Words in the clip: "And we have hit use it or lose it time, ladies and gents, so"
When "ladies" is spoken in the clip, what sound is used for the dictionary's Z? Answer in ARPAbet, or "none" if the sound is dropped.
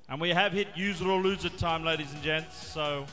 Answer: Z